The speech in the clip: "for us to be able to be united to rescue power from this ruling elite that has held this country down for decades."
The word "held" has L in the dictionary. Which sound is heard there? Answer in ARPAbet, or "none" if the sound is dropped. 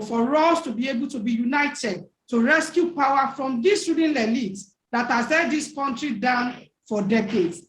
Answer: none